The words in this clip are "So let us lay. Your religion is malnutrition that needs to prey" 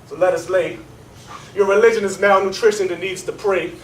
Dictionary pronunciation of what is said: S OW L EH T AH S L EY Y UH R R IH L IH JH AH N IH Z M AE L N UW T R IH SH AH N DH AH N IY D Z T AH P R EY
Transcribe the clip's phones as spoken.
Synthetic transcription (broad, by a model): S OW L EH T AH S L EY Y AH R R IH L IH JH AH N IH Z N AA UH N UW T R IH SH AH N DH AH N IY D Z T AH P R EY